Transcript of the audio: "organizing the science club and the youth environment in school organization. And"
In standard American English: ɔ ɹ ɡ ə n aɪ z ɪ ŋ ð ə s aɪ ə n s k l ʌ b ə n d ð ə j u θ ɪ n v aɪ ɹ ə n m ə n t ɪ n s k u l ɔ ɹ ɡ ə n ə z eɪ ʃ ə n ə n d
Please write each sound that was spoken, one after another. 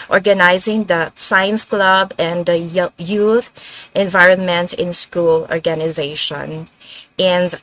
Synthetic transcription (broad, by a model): ɔ ɹ ɡ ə n aɪ z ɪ ŋ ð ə s aɪ ə n s k l ʌ b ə n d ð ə j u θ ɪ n v aɪ ɹ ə n m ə n t ɪ n s k u l ɔ ɹ ɡ ə n ə z eɪ ʃ ə n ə n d